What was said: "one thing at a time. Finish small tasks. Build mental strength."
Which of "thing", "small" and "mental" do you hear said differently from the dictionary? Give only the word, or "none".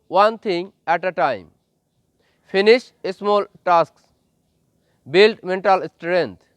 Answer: thing